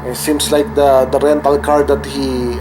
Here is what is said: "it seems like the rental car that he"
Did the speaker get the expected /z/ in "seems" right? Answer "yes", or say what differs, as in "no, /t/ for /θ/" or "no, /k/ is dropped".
no, /s/ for /z/